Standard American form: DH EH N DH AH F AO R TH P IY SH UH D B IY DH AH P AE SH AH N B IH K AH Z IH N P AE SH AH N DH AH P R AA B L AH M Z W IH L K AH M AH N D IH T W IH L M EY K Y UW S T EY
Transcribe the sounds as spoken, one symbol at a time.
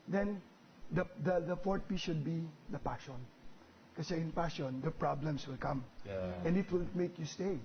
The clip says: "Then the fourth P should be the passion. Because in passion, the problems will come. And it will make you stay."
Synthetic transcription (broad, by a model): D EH N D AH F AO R T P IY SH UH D B IY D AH P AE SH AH N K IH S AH IH N P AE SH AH N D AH P R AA B L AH M S W IH L K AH M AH N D IH T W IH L M EY K Y UW S T EY